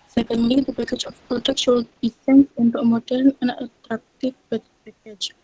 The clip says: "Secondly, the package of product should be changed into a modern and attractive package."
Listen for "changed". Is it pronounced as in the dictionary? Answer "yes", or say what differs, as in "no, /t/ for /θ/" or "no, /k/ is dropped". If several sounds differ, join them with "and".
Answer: no, /s/ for /tʃ/